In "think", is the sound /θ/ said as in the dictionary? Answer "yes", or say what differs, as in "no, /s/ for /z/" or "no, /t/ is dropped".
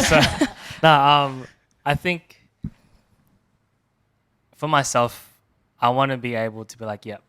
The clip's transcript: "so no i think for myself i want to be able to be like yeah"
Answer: yes